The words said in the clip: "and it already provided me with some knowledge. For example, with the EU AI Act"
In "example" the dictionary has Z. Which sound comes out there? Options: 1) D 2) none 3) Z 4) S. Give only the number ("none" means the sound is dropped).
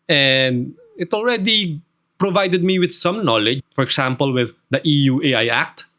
4